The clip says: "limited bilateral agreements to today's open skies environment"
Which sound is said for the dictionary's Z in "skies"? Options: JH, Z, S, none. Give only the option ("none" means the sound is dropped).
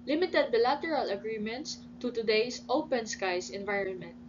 S